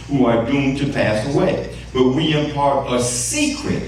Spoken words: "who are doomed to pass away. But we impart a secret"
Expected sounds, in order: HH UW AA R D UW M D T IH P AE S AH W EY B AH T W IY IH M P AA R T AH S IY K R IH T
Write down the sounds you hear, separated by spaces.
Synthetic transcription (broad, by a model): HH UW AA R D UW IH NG T IH P AE S AH W EY B AH T W IY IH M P AA R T AH S IY K R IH T